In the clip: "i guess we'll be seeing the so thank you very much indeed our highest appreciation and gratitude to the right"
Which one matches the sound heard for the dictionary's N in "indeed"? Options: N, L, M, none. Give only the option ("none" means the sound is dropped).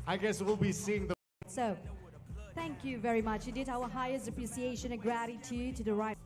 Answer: none